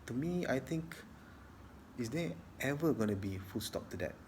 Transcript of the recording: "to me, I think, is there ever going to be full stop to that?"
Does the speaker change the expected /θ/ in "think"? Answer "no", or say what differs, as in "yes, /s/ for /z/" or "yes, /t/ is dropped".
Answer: yes, /t/ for /θ/